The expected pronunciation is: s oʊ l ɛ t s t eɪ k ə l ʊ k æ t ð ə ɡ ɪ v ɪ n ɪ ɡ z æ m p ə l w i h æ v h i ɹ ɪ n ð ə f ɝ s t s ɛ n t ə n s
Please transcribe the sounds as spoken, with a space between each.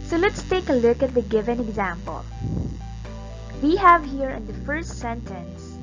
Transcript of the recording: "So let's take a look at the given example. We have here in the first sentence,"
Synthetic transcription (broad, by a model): s oʊ l ɛ t s t eɪ k ə l ʊ k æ t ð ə ɡ ɪ v ɪ n ɪ ɡ z æ m p ə l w i h æ v h i ɹ ɪ n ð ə f ɝ s t s ɛ n t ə n s